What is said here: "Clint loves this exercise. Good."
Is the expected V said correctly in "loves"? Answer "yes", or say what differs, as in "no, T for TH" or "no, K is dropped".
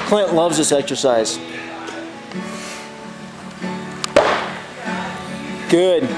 yes